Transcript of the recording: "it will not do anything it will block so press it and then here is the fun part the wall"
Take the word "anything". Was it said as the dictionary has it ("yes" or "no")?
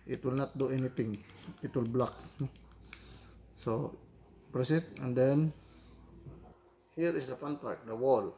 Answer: no